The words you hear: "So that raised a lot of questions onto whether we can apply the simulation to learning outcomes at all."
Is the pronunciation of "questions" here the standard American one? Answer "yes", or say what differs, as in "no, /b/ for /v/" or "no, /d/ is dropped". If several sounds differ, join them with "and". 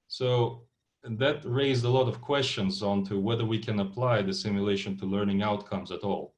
yes